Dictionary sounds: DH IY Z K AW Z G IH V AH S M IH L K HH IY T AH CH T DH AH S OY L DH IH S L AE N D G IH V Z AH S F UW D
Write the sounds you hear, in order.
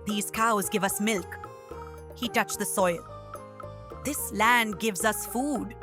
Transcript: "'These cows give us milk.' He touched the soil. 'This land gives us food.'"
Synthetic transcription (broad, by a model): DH IY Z K AW Z G IH V AH S M IH L K HH IY T AH CH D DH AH S OY L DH IH S L AE N D G IH V Z AH S F UW D